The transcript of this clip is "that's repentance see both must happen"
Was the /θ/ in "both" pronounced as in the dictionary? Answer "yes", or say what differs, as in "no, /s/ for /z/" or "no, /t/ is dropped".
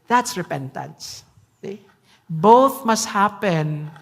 yes